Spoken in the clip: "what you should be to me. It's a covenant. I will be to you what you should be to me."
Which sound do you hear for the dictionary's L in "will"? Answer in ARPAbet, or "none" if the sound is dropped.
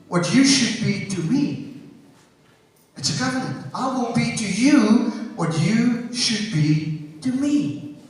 N